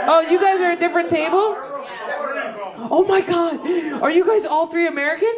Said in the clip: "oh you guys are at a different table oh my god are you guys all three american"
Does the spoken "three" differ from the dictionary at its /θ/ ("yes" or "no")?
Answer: no